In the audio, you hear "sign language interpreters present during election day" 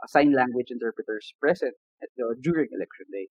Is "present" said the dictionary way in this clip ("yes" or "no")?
no